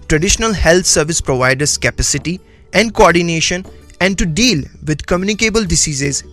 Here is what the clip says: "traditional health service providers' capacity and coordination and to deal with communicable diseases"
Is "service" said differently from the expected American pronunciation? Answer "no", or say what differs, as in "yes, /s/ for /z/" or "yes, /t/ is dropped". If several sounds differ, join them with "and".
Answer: no